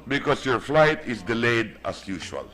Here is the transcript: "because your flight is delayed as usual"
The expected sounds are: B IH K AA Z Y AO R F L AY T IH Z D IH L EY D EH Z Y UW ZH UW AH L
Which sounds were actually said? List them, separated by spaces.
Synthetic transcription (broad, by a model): B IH K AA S Y AO R F L AY T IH S D IH L EY D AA S Y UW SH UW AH L